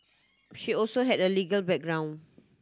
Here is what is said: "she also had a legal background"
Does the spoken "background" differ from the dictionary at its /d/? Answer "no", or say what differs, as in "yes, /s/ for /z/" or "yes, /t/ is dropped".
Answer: yes, /d/ is dropped